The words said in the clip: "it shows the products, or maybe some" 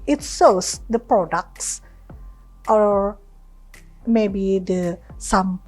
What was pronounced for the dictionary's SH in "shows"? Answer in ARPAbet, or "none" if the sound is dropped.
S